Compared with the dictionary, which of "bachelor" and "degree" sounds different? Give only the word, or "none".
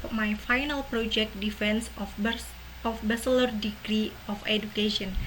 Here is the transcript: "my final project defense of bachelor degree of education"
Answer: bachelor